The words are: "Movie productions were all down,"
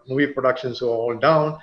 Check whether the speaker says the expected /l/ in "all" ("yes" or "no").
no